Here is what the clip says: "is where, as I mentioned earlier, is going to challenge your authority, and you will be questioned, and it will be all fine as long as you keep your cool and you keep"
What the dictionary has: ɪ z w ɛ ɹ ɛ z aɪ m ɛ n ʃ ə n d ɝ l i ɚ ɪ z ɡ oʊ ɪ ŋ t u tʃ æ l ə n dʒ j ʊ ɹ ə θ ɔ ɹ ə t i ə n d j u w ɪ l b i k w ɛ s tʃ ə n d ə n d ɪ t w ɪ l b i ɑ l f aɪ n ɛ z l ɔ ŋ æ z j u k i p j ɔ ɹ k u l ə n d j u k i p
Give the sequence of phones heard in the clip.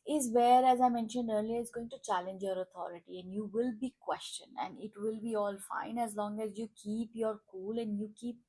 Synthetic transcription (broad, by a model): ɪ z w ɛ ɹ ɛ z aɪ m ɛ n ʃ ə n d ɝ l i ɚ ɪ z ɡ oʊ ɪ ŋ t u tʃ æ l ə n dʒ j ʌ ɹ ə t ɔ ɹ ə t i ə n d j u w ɪ l b i k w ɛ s tʃ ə n ə n d ɪ t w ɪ l b i ɑ l f aɪ n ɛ z l ɔ ŋ æ z j u k i p j ɔ ɹ k u l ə n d j u k i p